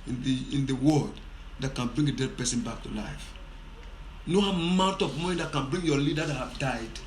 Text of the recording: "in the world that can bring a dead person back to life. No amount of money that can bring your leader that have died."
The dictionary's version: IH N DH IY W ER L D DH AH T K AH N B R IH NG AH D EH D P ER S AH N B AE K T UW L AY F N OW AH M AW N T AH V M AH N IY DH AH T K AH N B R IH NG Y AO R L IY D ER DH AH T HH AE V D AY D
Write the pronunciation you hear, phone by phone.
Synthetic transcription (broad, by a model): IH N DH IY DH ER W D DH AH T K AH N B R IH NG AH D EH D P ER S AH N B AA K T UW L AY F N OW AH M AW N T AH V M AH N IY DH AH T K AH N B R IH NG Y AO L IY D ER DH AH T HH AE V D AY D